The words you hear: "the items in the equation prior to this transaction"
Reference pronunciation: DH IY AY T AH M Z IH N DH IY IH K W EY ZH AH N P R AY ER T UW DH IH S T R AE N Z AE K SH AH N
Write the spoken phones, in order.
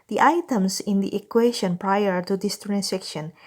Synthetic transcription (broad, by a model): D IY AY T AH M S IH N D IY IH K W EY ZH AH N P R AY ER T UW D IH S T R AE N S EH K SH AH N